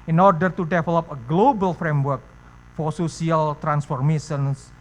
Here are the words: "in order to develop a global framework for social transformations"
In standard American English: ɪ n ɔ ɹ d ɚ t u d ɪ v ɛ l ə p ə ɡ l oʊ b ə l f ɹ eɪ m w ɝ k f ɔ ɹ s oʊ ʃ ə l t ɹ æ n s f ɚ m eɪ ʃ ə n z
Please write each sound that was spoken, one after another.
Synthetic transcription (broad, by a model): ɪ n ɔ ɹ d ɚ t u d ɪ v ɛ l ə p ə ɡ l oʊ b ə l f ɹ eɪ m w ɝ k f ɔ ɹ s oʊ s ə l t ɹ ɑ n s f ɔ m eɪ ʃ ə n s